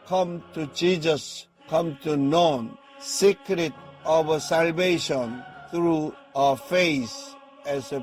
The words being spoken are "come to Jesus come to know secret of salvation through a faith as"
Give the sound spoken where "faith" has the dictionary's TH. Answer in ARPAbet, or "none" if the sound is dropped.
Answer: S